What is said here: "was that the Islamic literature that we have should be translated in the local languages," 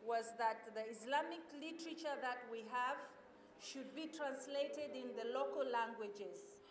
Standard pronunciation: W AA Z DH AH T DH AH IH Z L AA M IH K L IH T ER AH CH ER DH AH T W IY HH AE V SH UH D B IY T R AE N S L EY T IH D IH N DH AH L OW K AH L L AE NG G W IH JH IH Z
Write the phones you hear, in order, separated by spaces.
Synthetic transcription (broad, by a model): W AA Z DH AH T DH AH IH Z L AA M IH K L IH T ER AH CH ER DH AH T W IY HH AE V SH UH D B IY T R AE N S L EY T IH D IH N DH AH L OW K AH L L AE NG G W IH JH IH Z